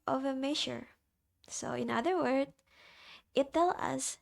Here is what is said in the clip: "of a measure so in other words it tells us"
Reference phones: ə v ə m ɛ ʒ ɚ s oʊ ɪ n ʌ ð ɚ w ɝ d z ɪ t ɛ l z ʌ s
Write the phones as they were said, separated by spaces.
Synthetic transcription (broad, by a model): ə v ə m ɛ ʃ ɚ s oʊ ɪ n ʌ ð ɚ w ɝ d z ɪ t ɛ l ʌ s